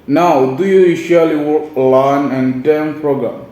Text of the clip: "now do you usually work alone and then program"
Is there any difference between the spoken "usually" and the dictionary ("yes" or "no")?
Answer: yes